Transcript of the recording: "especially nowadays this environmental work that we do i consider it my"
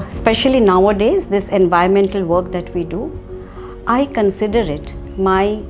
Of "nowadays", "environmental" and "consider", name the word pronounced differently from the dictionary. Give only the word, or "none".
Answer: environmental